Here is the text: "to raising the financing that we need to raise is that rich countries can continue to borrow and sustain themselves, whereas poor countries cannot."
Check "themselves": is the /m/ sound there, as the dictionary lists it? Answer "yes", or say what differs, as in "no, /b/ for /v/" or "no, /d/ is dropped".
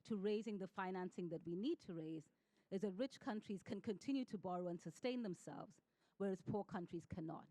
yes